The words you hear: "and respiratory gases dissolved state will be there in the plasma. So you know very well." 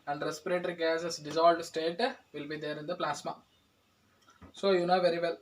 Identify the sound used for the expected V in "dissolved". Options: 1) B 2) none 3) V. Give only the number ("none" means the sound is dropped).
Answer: 2